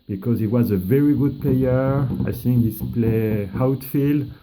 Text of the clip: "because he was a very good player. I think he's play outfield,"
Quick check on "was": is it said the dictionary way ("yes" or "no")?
yes